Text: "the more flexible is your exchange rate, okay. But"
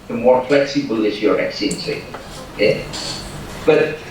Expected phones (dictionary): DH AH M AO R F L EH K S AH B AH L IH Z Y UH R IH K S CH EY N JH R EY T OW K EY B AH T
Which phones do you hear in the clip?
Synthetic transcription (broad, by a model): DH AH M AO R F L EH K S AH B AH L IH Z Y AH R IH K S IY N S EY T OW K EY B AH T